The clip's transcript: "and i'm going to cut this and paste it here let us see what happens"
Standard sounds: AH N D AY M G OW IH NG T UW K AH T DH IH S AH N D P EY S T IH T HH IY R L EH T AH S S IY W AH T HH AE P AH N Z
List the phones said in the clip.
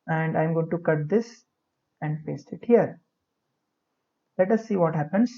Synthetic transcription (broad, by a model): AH N D AY M G OW IH NG T UW K AH T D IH S AH N D F EY S IH T HH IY R L EH T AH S S IY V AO T HH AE P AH N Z